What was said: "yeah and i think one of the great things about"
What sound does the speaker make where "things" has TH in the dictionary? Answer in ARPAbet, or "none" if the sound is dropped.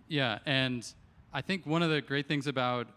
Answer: TH